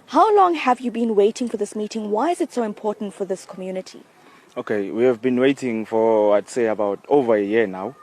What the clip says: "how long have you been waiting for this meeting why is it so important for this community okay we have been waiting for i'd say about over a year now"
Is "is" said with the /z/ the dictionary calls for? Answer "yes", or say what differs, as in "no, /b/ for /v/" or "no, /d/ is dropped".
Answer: yes